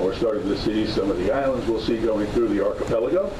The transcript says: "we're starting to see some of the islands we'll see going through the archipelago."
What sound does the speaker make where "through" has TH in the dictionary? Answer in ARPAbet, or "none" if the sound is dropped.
TH